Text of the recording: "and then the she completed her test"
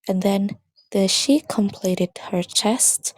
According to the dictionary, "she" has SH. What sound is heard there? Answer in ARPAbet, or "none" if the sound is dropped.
SH